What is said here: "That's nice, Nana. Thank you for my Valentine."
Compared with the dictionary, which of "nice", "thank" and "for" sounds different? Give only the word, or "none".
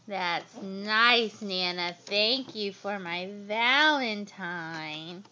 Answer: none